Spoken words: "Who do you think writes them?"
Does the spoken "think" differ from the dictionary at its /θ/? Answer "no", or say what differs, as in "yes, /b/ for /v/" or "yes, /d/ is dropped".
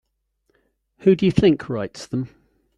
no